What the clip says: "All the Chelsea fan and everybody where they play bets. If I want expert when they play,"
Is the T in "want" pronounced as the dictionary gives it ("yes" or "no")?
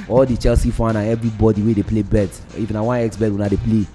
no